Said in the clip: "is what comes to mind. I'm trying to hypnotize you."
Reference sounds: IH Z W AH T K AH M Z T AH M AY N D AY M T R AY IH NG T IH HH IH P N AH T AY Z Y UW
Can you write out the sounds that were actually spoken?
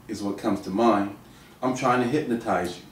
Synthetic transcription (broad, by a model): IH Z W AH T K AH M Z T AH M AY N AY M T R AY IH NG T IH HH IH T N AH T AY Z